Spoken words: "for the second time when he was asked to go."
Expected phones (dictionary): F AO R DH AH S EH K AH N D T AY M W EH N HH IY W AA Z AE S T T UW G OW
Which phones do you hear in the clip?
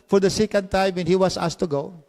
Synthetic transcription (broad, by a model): F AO R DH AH S EH K AH N D T AY M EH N HH IY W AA S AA S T T UW G OW